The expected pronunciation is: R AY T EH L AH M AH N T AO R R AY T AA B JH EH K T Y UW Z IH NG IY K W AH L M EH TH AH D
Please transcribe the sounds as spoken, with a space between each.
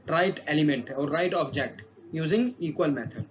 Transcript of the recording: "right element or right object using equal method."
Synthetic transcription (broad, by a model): R AY T EH L AH M AH N T AO R R AY T AA B JH EH K T Y UW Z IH NG IY K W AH L M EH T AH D